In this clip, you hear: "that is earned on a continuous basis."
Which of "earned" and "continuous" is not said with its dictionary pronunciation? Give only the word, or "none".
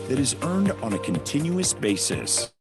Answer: none